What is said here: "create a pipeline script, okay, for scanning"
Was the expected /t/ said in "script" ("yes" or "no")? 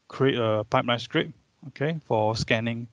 no